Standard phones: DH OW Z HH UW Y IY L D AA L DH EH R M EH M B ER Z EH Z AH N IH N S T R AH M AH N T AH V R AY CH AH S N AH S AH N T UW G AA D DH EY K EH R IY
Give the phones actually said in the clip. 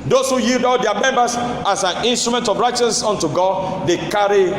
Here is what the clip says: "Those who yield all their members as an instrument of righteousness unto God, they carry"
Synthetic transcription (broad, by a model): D OW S HH UW Y IY L D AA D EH M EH M B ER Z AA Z AH N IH N S T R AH M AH N T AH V R AY CH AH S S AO N T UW G AA D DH EY K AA R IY